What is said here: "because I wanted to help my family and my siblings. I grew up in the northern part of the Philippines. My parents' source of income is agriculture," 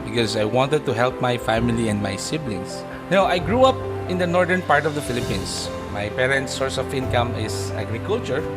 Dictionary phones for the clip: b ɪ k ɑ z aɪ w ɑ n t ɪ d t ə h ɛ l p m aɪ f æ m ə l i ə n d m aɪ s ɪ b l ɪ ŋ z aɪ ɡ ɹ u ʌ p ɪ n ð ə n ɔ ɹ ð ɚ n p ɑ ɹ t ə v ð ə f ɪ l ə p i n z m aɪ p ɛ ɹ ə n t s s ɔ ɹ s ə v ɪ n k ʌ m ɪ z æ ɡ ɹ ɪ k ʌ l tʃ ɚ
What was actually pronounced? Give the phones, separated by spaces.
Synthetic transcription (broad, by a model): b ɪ k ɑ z aɪ w ɑ n t ɪ d t ə h ɛ l p m aɪ f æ m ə l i ə n d m aɪ s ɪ b l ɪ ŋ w aɪ ɡ ɹ u ʌ p ɪ n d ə n ɔ ɹ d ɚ n p ɑ ɹ t ə v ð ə f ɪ l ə p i n s m aɪ p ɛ ɹ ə n t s s ɔ ɹ s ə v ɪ n k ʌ m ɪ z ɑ ɡ ɹ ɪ k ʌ l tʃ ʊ